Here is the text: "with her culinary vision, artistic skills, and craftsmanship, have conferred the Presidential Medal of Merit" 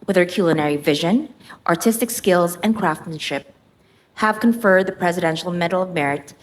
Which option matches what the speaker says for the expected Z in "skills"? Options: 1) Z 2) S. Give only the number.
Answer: 1